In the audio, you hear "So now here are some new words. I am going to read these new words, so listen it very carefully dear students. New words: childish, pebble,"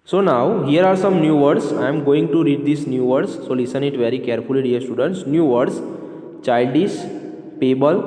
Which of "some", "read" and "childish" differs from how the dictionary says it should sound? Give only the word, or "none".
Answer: childish